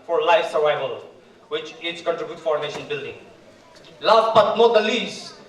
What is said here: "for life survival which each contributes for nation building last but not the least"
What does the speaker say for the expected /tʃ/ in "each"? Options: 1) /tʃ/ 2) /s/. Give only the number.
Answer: 2